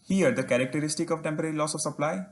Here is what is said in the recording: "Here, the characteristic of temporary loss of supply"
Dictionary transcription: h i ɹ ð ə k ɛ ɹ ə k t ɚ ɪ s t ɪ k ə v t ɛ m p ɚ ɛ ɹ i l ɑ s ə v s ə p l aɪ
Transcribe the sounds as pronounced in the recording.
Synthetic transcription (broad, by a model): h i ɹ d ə k ɛ ɹ ə k t ɚ ɪ s t ɪ k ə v t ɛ m p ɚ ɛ ɹ i l ɑ s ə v s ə p l aɪ